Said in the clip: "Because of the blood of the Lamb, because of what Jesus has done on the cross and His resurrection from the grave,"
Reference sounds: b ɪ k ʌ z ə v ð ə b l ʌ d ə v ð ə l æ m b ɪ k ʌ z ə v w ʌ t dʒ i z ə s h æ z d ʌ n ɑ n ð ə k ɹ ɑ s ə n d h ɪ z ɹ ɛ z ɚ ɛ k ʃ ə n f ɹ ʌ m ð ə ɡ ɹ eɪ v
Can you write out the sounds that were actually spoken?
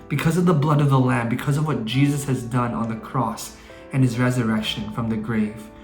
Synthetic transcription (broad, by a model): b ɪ k ʌ z ə v ð ə b l ʌ d ə v ð ə l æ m b ɪ k ʌ z ə v w ʌ t dʒ i z ə s h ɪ z d ʌ n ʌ n ð ə k ɹ ɑ s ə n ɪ z ɹ ɛ z ɚ ɛ k ʃ ə n f ɹ ʌ m ð ə ɡ ɹ eɪ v